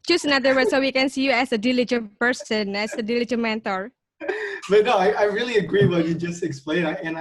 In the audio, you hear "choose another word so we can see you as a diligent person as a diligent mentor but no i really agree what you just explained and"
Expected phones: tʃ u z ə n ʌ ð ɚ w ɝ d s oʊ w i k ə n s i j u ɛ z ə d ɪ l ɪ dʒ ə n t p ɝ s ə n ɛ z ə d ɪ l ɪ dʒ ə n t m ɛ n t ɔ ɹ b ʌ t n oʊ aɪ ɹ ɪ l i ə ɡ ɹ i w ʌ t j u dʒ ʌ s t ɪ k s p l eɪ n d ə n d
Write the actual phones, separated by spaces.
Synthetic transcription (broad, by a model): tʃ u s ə n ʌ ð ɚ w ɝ s oʊ w i k ə n s i j u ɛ s ə d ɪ l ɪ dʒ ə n p ɝ s ə n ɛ s ə d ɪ l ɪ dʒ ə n m ɛ n t ɔ ɹ b ʌ t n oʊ aɪ ɹ ɪ l i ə ɡ ɹ i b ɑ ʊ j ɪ dʒ ʌ s t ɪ k s p l eɪ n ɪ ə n